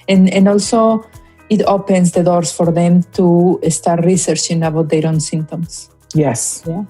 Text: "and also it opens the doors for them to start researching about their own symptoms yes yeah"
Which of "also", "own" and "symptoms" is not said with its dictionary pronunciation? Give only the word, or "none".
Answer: symptoms